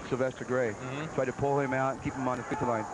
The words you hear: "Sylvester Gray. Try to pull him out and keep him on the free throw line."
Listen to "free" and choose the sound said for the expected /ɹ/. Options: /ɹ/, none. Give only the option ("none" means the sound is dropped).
none